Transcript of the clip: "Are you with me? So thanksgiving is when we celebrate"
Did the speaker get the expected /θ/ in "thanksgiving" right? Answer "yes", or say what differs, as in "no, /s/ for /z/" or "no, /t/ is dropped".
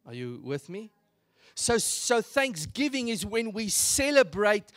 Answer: yes